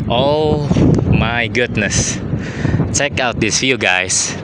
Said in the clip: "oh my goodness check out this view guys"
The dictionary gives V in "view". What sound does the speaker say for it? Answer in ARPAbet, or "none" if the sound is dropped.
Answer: F